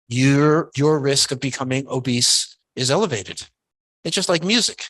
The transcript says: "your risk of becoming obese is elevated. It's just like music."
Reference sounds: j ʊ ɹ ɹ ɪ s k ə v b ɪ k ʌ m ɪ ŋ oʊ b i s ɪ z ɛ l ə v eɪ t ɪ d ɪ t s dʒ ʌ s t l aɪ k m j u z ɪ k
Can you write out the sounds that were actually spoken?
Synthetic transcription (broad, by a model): j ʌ ɹ ɹ ɪ s k ə v b ɪ k ʌ m ɪ ŋ oʊ b i s ɪ z ɛ l ə v eɪ t ɪ d ɪ t s dʒ ʌ s t l aɪ k m j u z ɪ k